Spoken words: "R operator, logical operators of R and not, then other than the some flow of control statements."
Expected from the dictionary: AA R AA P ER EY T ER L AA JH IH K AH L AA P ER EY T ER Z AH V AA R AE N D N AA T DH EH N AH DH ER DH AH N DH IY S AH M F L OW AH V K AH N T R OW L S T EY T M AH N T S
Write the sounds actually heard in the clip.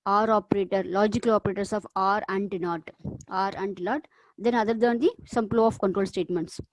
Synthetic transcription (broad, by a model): AA R AA P ER EY T ER L AA JH IH K AH L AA P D EY T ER S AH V AA R AE N D N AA T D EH N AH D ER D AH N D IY S AH M P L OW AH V K AH N T R OW L S T EY T M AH N T S